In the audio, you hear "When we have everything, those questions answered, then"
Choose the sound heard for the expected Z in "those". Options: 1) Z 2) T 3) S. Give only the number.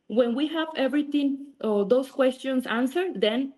3